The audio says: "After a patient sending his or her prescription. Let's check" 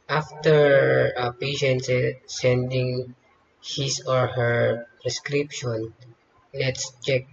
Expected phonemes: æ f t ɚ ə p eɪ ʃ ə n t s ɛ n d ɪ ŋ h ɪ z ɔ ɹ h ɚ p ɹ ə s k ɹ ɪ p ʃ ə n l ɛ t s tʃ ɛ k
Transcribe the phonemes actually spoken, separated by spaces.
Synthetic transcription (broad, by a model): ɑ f t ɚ ə p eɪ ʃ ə n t s ɛ n d ɪ ŋ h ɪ s ɔ ɹ h ɚ p ɹ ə s k ɹ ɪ p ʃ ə n l ɛ t s tʃ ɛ k